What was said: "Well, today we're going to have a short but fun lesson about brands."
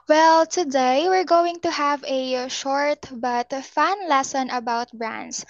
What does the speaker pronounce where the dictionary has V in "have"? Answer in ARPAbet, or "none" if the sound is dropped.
V